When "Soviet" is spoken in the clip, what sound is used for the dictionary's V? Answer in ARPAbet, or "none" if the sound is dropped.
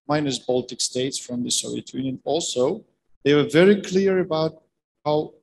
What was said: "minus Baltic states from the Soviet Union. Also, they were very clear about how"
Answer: none